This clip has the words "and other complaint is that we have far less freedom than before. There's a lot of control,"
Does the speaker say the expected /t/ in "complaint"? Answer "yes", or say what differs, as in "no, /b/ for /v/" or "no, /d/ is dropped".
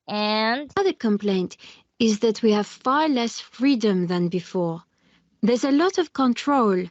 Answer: yes